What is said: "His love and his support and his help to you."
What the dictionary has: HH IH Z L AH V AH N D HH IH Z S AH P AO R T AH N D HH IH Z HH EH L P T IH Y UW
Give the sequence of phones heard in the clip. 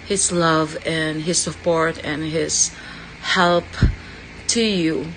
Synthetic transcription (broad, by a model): HH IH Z L AH V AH N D HH IH Z S AH P AO R T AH N HH IH Z HH EH L P T IH Y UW